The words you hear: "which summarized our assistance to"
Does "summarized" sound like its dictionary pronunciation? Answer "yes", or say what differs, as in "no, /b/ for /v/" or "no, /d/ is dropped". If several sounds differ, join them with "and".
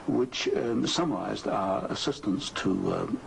yes